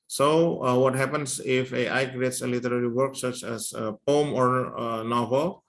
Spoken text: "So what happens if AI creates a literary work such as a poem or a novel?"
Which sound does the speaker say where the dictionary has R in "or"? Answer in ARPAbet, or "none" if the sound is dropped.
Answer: R